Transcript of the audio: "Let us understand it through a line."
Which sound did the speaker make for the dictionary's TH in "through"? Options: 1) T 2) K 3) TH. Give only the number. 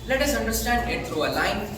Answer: 1